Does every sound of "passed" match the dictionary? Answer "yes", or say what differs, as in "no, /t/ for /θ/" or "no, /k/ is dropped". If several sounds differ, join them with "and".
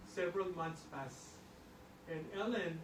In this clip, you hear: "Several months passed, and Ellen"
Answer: no, /t/ is dropped